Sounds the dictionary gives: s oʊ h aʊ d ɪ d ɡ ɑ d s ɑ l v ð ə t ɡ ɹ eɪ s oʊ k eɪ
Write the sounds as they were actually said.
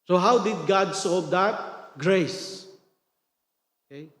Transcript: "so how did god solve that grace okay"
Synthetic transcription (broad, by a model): s oʊ h aʊ d ɪ d ɡ ɑ d s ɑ v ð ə t ɡ ɹ eɪ s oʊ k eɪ